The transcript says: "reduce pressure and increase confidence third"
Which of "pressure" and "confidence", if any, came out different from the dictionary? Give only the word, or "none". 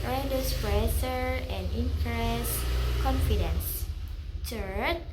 pressure